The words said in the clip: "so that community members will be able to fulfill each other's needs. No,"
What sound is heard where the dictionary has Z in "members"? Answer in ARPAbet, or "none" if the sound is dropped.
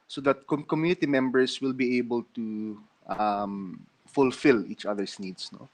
S